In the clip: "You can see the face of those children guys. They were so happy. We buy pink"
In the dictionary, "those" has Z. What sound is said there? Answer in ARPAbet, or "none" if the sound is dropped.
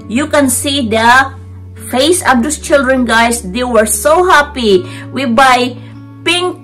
S